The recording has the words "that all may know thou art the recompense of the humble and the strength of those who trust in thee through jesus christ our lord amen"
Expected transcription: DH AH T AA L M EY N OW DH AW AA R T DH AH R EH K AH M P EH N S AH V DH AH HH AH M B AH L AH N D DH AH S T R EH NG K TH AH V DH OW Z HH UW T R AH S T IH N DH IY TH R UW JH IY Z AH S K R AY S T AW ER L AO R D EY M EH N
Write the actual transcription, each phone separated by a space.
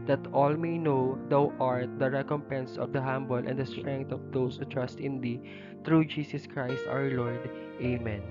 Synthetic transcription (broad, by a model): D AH T AA L M EY N OW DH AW AA R T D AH R EH K AH M P EH N S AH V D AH HH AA M B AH L AH N D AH S T R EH NG K T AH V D OW S HH UW T R AH S T IH N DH IY T R UW JH IY S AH S K R AY S T AW ER L AO R D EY M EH N